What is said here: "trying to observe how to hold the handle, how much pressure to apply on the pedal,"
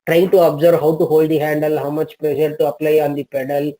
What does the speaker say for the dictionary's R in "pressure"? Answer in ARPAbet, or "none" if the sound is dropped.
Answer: L